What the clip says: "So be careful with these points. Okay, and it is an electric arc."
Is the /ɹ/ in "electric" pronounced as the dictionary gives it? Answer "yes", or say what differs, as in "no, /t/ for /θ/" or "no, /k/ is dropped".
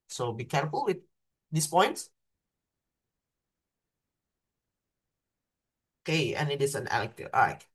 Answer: no, /ɹ/ is dropped